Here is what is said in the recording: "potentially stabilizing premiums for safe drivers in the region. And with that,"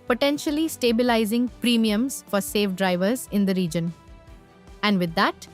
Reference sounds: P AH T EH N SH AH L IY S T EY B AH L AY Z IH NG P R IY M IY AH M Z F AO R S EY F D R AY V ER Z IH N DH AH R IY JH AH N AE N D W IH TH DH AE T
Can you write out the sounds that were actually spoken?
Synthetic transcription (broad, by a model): P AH T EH N SH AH L IY S T EY B AH L AY Z IH NG P R IY M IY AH M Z F AO R S EY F D R AY V ER Z IH N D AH R IY JH AH N AE N D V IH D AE T